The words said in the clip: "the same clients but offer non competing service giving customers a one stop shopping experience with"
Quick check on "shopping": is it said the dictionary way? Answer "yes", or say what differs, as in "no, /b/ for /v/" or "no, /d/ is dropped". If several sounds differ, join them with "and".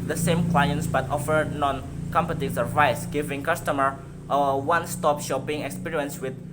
yes